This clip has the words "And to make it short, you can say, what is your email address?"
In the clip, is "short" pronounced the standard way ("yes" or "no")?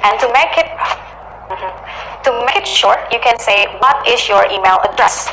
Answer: yes